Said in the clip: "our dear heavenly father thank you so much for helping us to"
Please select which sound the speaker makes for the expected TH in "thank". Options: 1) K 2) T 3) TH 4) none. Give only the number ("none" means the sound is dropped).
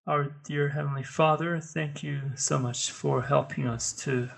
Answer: 3